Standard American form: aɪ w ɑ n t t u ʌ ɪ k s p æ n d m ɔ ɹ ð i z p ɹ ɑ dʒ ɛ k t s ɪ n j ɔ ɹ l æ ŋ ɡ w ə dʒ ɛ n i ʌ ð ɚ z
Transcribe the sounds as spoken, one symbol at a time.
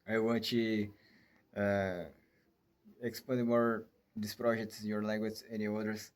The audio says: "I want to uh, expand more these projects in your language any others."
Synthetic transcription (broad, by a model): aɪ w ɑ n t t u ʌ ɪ k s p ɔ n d m ɔ ɹ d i s p ɹ ɑ dʒ ɛ k t s ɪ n j ɔ ɹ l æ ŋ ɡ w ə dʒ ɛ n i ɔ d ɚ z